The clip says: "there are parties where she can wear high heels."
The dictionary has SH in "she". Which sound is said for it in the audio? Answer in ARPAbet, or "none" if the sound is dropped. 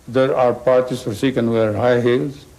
S